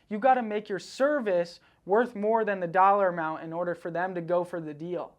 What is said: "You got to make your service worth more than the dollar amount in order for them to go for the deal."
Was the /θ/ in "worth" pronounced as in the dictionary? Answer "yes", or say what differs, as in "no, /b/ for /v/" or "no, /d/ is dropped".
yes